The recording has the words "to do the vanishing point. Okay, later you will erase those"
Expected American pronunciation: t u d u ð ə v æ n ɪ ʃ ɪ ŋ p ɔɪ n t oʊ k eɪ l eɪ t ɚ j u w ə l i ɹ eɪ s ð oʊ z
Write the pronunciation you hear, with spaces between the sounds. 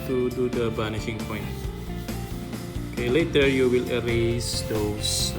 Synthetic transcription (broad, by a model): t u d u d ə b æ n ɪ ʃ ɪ ŋ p ɔɪ n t oʊ k eɪ l eɪ t ɚ j u w ə l i ɹ eɪ s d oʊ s